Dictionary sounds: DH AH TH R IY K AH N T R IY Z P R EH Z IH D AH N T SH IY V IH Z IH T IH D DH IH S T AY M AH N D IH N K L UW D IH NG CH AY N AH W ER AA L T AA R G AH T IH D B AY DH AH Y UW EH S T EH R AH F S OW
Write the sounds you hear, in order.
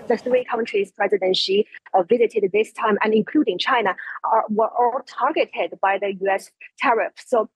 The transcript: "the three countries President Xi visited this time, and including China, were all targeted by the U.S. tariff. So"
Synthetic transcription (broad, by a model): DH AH TH R IY K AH N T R IY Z P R EH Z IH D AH N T SH IY V IH Z IH T IH D DH IH S T AY M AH N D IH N K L UW D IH NG CH AY N AH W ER AA L T AA R G AH T IH D B AY DH AH Y UW EH S T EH R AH F S OW